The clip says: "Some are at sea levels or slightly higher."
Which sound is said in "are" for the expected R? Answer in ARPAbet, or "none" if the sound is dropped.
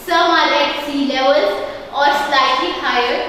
L